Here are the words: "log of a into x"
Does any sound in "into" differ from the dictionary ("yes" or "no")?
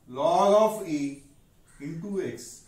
yes